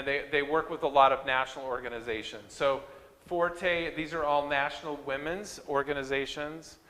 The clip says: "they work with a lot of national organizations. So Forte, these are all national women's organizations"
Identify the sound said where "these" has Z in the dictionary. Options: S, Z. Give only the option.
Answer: Z